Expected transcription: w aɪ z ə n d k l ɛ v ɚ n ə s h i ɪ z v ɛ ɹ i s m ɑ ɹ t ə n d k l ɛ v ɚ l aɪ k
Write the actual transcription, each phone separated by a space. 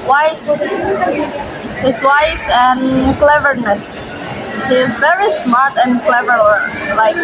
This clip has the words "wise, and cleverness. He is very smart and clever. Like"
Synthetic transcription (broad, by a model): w aɪ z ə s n k l ɛ v ɚ n ə s h i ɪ z v ɛ ɹ i s m ɑ ɹ t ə n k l ɛ v ɚ l aɪ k